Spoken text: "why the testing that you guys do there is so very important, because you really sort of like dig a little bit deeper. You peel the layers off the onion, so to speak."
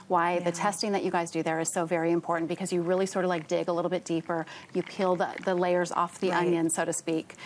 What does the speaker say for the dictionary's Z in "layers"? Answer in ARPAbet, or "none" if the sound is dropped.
Z